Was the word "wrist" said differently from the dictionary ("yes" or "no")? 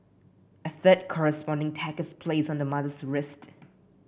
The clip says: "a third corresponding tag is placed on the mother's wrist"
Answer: no